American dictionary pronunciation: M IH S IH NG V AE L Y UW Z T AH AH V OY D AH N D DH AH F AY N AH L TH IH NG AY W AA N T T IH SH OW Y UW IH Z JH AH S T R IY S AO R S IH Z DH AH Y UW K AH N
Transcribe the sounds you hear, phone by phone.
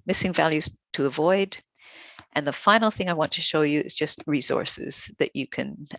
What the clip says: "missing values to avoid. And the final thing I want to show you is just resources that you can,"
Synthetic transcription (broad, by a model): M IH S IH NG V AE L Y UW Z T AH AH V OY D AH N DH AH F AY N L TH IH NG AY W AA N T T IH SH OW Y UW IH Z JH AH S T R IY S AO R S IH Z DH AH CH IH K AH N